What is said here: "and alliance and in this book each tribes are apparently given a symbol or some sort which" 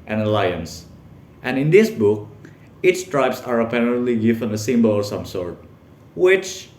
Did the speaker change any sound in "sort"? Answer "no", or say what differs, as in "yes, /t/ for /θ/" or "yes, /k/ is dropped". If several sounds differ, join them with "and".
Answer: no